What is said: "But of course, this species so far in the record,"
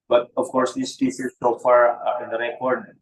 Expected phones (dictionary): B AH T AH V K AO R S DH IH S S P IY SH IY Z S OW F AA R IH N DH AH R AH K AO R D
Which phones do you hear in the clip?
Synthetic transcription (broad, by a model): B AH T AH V K AO R S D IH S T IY S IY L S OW F AA R IH N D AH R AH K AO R D